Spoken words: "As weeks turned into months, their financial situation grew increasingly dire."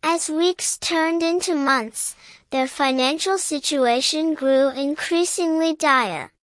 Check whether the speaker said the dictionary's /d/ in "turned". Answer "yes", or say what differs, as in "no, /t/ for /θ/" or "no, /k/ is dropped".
yes